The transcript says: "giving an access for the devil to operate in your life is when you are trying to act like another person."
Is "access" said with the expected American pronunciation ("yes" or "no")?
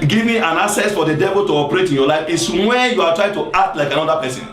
no